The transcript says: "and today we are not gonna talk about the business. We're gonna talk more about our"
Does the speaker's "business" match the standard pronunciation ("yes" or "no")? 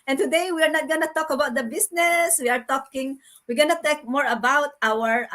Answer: no